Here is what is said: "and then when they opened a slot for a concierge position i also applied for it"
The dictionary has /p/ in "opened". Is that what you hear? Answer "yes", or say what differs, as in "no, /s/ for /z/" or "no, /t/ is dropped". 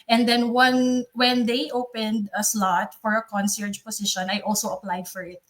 yes